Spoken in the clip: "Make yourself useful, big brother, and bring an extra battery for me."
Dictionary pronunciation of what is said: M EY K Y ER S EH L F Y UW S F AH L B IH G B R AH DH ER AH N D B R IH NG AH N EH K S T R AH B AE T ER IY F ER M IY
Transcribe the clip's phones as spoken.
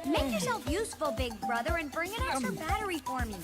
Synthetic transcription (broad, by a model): M EY K Y ER S EH L F Y UW S F AH L B IH G B R AH DH ER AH N B R IH NG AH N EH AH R B AE T ER IY F ER M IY